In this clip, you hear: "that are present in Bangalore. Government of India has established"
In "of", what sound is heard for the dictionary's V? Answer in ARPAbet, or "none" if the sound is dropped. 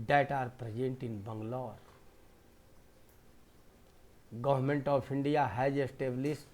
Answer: P